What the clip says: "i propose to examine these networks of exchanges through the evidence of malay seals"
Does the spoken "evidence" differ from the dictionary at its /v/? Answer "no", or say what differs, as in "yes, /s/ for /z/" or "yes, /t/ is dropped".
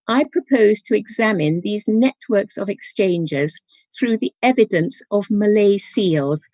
no